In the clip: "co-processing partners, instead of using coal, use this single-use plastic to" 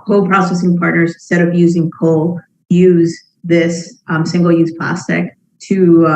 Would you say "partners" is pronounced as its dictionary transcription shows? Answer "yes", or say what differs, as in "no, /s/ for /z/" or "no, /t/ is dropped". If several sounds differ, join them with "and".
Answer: yes